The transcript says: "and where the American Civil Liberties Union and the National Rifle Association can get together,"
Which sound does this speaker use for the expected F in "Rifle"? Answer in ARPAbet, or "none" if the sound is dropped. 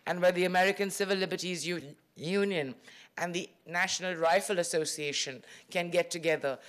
F